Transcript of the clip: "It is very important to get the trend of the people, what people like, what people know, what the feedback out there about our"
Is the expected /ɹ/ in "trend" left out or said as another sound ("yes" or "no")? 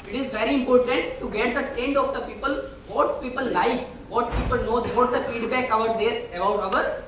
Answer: yes